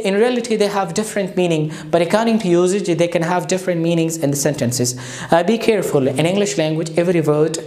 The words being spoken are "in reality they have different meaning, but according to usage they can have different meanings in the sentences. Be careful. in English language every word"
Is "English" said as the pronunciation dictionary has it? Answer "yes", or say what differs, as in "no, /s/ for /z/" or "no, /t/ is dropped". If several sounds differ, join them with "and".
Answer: yes